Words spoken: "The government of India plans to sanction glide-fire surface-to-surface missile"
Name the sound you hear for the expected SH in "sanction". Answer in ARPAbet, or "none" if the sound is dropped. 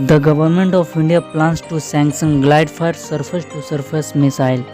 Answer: S